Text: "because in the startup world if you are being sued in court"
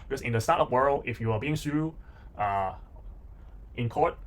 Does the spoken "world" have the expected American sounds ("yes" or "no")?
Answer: no